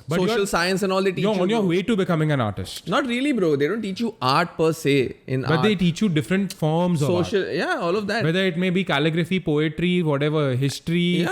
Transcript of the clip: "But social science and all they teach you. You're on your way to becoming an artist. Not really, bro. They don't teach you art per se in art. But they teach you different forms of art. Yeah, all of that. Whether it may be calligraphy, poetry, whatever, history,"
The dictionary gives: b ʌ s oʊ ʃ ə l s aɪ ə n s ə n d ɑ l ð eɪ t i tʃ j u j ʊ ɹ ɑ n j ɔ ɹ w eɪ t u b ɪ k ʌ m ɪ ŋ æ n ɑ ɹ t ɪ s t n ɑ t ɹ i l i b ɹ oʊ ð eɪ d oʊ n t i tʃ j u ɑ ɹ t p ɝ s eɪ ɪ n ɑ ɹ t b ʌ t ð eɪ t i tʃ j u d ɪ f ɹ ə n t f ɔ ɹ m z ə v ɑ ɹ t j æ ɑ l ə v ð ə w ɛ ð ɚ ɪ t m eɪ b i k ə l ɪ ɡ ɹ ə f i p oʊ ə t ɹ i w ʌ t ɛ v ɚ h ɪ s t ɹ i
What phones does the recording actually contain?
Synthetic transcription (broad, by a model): b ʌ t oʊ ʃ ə l s aɪ ə n s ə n ɑ l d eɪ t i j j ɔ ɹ ɑ n j ɔ ɹ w eɪ t u b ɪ k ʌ m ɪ ŋ æ n ɑ ɹ t ɪ s t n ɑ t ɹ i l i b ɹ oʊ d eɪ d oʊ n t i tʃ j u ɑ ɹ t p ɝ s eɪ ɪ n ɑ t b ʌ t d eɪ t i tʃ j u d ɪ f ɹ ə n t f ɔ ɹ m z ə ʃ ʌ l j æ ɑ l ə v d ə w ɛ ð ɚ ɪ t m eɪ b i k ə l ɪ ɡ ɹ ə f i p oʊ ə t ɹ i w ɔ t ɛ v ɚ h ɪ s t ɹ i